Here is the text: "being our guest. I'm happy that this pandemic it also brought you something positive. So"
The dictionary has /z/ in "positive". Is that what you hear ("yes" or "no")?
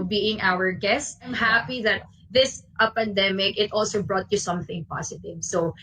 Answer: no